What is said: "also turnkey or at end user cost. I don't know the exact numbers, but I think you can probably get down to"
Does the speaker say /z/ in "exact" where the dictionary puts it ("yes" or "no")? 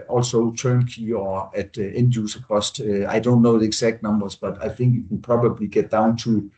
no